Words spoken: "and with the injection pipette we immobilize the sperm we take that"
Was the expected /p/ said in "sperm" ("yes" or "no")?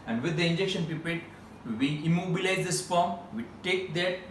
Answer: no